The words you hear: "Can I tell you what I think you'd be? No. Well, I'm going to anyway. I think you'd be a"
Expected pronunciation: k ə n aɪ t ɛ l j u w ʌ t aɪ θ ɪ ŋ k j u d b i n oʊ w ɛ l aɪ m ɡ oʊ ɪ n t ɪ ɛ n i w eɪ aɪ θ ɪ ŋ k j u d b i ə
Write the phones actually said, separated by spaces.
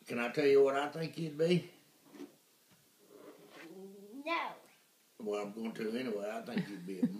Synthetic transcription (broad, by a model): k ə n aɪ t ɛ l j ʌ w ʌ t aɪ θ ɪ ŋ k j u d b i n oʊ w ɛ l aɪ m ɡ oʊ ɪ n t ɪ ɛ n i w eɪ aɪ θ ɪ ŋ k j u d b i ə